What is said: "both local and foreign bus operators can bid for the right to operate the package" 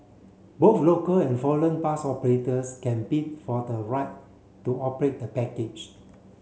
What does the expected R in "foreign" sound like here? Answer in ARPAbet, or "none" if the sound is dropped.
L